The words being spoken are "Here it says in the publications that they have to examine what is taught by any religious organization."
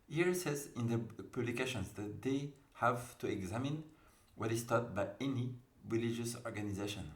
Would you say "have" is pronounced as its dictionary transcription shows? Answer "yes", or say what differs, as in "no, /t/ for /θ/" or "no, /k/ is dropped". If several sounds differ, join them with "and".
yes